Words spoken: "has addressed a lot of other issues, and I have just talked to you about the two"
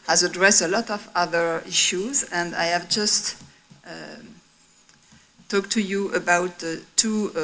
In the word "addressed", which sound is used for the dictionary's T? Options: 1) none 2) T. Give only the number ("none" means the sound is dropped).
1